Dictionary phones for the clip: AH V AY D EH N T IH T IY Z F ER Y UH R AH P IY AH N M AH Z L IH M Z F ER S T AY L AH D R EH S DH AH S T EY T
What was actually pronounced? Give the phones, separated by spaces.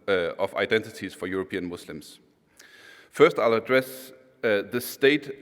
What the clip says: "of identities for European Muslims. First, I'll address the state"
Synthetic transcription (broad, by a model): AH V AY D EH N T IH T IY Z F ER Y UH R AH P IY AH N M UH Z L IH M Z F ER S T AY L AH D R EH S DH AH S T EY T